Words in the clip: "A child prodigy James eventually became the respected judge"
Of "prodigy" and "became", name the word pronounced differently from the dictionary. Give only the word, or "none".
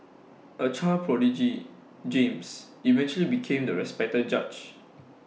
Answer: none